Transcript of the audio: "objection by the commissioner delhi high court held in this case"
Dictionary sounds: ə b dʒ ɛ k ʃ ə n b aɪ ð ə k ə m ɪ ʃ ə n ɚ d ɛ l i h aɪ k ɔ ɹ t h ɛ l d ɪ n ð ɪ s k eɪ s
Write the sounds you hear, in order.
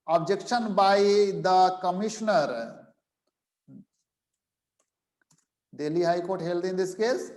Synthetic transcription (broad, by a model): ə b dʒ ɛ k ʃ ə n b aɪ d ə k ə m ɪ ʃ n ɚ d ɛ l i h aɪ k ɔ ɹ t h ɛ l d ɪ n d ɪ s k eɪ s